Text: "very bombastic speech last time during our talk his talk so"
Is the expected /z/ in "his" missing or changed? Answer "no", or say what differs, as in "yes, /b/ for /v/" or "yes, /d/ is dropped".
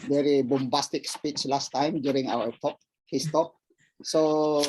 yes, /s/ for /z/